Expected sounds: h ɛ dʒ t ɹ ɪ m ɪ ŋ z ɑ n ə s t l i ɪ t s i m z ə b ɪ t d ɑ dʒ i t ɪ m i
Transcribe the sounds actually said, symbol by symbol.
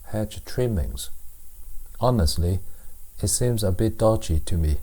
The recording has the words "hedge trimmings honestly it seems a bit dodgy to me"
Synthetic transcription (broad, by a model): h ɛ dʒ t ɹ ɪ m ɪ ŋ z ɑ n ə s t l i ɪ t s i m z ə b ɪ t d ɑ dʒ i t ɪ m i